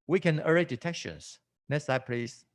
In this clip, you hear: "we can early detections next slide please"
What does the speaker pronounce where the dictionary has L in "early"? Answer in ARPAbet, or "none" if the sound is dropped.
none